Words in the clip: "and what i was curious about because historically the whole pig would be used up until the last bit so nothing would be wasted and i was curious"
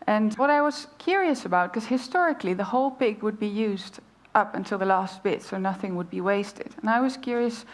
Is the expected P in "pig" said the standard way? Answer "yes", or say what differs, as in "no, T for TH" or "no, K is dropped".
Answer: yes